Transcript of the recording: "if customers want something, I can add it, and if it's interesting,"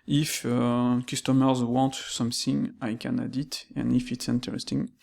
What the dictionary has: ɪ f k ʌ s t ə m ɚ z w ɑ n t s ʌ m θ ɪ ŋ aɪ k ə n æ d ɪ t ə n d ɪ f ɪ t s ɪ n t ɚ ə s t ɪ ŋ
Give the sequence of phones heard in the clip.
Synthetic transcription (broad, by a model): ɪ f k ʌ s t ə m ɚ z w ɑ n t s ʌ m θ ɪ ŋ aɪ k ə n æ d ɪ t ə n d ɪ f ɪ t s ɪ n t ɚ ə s t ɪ ŋ